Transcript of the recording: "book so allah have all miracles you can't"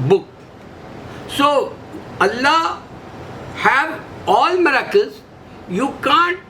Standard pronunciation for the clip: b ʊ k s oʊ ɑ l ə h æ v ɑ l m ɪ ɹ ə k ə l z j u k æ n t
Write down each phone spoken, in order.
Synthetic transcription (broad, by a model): b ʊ k s oʊ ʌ l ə h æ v ɑ l m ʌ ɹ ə k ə z j u k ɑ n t